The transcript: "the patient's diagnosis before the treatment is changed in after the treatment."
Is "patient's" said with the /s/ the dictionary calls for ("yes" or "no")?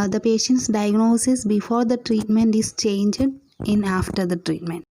yes